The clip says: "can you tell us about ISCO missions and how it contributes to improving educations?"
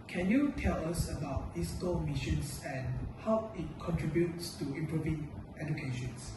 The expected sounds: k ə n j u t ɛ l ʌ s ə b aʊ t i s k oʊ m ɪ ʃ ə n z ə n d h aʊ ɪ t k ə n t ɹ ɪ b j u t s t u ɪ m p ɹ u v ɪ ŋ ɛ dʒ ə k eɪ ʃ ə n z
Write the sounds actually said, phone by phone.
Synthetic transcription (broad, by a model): k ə n j u t ɛ l ʌ s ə b aʊ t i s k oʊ m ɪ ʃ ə n s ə n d h aʊ ɪ t k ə n t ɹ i b j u t s t u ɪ m p ɹ u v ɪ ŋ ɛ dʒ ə k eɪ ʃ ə n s